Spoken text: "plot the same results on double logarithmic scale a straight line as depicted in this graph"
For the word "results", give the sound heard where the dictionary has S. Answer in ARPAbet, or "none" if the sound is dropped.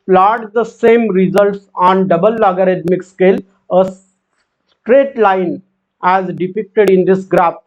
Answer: S